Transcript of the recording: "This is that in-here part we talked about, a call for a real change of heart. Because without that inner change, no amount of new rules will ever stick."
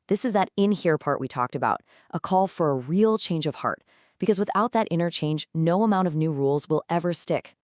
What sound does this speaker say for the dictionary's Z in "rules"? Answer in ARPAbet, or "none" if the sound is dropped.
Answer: Z